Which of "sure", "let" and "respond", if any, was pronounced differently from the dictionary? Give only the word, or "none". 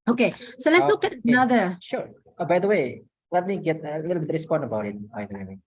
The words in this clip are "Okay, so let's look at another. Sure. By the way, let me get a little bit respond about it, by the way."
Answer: none